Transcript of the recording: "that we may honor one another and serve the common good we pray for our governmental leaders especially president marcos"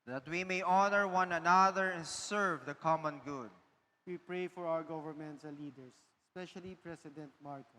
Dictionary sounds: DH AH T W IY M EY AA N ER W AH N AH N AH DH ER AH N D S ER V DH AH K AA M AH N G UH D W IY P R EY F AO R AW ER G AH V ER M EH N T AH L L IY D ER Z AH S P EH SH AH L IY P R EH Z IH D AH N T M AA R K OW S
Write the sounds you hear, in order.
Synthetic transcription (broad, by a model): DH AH T W IY M EY AA N ER W AH N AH N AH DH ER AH N S ER V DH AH K AA M AH N G UH D W IY P R EY F AO R AW ER G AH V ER M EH N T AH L L IY D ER S AH S P EH SH AH L IY P R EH S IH D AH N T M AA R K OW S